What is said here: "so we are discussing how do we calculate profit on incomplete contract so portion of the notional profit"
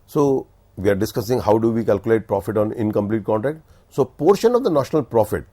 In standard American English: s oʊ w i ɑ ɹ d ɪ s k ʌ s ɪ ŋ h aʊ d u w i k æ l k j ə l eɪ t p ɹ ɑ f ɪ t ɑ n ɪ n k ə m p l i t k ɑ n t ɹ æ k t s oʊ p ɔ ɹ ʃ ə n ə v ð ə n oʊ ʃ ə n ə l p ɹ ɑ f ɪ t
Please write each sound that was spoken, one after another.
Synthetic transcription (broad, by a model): s oʊ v i ɑ ɹ d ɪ s k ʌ s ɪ ŋ h aʊ d u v i k æ l k j ə l eɪ t p ɹ ɑ f ɪ t ɑ n ɪ n k ə m p l i t k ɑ n t ɹ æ k t s oʊ p ɔ ɹ ʃ ə n ə v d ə n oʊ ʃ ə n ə l p ɹ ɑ f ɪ t